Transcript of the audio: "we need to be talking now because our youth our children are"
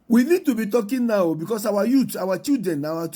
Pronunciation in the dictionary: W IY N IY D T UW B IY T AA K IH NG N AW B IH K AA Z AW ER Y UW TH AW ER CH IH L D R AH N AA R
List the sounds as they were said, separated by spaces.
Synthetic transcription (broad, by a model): W IY N IY D T UW B IY T AA K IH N N AW B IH K AA S AW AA Y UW T AW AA CH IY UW D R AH N AA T